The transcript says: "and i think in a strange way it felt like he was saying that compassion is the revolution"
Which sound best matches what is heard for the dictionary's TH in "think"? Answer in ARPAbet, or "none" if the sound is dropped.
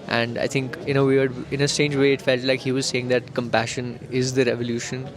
T